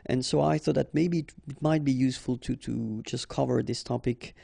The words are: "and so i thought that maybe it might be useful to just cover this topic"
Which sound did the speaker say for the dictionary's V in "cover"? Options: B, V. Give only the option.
V